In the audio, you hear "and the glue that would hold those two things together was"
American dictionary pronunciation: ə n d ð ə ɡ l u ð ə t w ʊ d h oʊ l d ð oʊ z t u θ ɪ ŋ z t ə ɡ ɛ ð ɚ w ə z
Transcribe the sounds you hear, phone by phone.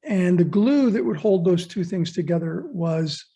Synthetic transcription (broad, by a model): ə n ð ə ɡ l u ð ə t w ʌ d h oʊ l d ð oʊ z t u θ ɪ ŋ z t ə ɡ ɛ ð ɚ w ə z